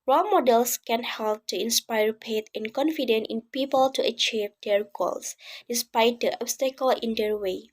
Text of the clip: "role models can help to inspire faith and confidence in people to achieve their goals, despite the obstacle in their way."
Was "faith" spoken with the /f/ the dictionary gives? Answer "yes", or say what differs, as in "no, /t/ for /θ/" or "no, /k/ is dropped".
no, /p/ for /f/